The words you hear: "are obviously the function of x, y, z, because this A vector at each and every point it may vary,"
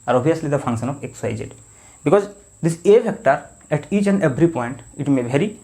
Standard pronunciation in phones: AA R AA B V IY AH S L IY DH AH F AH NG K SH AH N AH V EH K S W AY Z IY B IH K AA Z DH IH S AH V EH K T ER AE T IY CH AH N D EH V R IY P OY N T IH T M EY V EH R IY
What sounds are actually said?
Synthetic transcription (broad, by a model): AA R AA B IY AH S L IY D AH F AH NG K SH AH N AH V EH K S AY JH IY B IH K AA Z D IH S AH F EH K T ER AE T IY CH AH N D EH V R IY P OY N T IH T M EY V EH R IY